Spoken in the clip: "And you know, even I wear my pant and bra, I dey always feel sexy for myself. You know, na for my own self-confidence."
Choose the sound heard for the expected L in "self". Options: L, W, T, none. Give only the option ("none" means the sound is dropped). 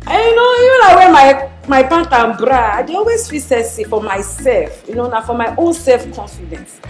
L